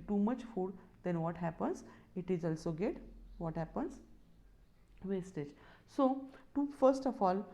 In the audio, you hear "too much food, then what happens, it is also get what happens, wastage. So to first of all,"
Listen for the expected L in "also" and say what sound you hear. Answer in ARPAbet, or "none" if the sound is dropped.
L